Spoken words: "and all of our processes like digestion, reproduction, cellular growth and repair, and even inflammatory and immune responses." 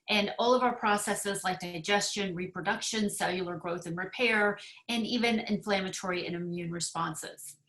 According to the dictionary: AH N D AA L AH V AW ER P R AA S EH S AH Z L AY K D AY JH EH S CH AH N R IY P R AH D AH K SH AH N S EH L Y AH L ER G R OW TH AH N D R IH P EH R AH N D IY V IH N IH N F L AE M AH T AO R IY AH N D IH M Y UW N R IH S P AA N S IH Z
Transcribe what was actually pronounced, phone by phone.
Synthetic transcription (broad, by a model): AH N AA L AH V AW ER P R AA S EH S AH Z L AY K D AY JH EH S CH AH N R IY P R AH D AH K SH AH N S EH L Y L ER G R OW TH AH N R IH P EH R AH N IY V IH N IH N F L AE M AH T AO R IY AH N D IH M Y UW N R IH S P AA N S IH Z